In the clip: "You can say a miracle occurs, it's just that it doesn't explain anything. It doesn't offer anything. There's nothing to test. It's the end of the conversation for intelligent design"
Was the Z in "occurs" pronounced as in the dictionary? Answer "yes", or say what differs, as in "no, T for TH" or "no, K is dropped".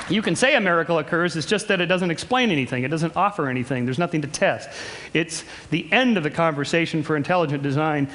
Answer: yes